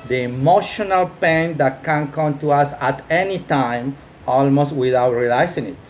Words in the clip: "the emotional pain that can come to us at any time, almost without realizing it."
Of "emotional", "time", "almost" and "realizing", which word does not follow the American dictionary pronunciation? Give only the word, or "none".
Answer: realizing